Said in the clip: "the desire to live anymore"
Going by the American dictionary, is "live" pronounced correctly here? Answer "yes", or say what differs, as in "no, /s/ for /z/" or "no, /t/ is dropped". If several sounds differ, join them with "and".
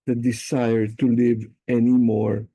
yes